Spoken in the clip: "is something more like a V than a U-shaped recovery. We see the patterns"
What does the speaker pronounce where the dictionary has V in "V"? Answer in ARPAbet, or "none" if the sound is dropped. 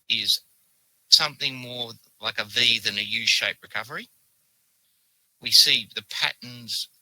V